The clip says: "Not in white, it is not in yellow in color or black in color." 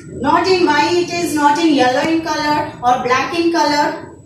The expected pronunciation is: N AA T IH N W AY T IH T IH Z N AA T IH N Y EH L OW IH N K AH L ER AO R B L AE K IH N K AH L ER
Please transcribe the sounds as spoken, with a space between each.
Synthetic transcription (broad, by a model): N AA T IH N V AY IH T IH Z N AA T IH N Y EH L OW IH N K AH L ER AO R B L AE K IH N K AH L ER